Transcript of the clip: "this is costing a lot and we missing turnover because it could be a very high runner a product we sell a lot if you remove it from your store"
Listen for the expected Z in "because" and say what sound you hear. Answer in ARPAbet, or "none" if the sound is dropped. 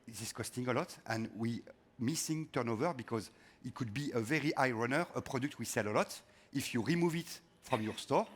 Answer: Z